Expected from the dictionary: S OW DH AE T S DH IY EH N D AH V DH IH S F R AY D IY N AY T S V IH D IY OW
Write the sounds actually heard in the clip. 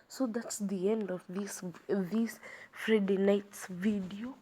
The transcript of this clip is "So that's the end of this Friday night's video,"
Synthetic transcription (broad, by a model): S OW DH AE T S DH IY EH N D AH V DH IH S F R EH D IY N AY T S V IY D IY OW